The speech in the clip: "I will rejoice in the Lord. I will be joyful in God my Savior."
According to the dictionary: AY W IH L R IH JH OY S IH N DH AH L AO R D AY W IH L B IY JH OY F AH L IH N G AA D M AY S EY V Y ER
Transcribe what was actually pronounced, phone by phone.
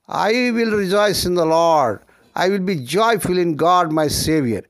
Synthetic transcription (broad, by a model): AY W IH L R IH JH OY S IH N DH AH L AO R D AY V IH L B IY JH OY F AH L IH N G AA D M AY S EY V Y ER